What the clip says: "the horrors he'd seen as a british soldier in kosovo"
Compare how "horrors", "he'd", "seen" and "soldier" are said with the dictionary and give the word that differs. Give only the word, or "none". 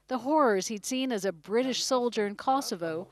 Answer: none